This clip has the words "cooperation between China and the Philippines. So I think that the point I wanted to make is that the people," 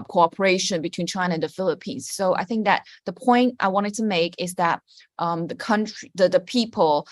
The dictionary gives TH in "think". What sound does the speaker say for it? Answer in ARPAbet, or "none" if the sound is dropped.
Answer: TH